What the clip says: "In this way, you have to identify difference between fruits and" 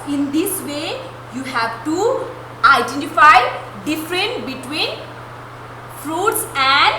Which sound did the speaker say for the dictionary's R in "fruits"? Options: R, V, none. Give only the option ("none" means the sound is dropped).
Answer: R